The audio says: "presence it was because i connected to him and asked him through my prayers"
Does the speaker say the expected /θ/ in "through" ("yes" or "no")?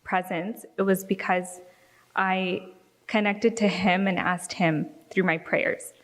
yes